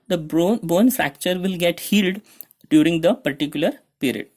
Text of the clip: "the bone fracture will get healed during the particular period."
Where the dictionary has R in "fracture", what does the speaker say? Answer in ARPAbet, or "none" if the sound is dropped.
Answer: R